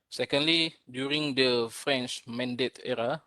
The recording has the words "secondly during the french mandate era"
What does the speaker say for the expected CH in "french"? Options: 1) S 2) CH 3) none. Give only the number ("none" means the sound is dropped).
2